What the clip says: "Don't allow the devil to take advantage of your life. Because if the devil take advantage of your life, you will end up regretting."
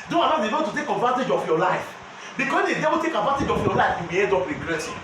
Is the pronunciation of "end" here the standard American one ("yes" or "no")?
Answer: no